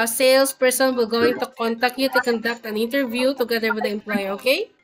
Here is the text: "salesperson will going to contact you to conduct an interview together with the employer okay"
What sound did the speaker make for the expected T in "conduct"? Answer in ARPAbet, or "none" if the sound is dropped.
T